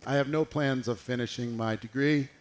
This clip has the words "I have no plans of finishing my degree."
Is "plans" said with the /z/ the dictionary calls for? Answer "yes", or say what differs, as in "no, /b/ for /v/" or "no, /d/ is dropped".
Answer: yes